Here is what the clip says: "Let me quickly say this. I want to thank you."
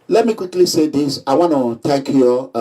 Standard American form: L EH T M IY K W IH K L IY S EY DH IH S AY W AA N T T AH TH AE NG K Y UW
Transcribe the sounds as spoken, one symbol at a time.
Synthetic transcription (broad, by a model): L EH T M IY K W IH K L IY S EY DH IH S AY W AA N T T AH T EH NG K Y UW